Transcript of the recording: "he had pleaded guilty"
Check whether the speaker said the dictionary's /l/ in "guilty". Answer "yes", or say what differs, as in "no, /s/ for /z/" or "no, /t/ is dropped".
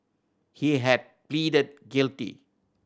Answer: yes